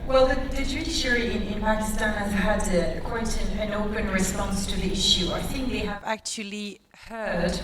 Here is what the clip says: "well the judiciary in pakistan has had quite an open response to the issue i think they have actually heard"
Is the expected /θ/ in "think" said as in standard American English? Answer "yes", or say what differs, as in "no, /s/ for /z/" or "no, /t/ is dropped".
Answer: yes